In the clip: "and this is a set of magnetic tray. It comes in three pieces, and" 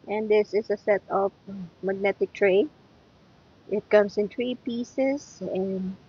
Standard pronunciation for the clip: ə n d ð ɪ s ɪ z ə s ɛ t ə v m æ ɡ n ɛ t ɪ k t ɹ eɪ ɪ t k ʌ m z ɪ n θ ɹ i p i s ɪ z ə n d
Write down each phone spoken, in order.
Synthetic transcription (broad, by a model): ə n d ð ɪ s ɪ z ə s ɛ t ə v m æ ɡ n ɛ t ɪ k t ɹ eɪ ɪ t k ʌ m s ɪ n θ ɹ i p i s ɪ s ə n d